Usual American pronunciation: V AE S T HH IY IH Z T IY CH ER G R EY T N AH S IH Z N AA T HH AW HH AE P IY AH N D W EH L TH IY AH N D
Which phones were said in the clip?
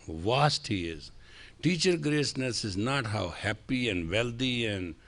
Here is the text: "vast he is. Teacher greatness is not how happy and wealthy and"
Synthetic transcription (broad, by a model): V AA S T HH IY IH Z T IY CH ER G R EY S N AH S IH Z N AA T HH AW HH AE P IY AH N D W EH L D IY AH N D